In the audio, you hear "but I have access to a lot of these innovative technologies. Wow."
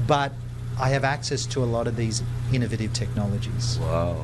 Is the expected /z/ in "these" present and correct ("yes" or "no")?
yes